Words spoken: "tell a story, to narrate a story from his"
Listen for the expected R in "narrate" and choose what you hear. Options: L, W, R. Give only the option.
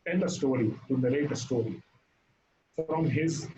L